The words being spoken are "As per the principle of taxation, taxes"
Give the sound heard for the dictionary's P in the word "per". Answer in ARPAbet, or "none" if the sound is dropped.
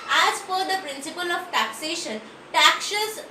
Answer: F